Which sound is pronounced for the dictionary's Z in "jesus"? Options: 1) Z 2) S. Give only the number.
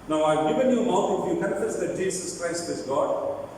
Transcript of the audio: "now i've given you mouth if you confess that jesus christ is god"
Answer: 2